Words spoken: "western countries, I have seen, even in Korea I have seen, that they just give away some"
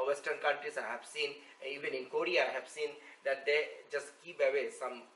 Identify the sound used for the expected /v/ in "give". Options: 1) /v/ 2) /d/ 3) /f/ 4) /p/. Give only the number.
4